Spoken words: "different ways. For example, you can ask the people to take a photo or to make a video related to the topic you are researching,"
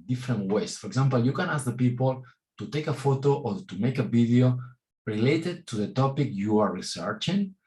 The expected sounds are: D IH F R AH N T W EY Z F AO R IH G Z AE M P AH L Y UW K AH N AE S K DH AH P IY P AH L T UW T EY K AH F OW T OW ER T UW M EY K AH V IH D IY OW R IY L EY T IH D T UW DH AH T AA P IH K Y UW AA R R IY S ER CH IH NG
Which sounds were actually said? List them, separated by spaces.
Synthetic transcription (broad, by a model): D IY F R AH N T W EY S F AO R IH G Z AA M P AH L Y UW K AH N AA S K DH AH P IY P AH L T UW T EY K AH F OW T OW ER T UW M EY K AH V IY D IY OW R IY L EY T IH D T UW DH AH T AA P IH K Y UW AA R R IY S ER CH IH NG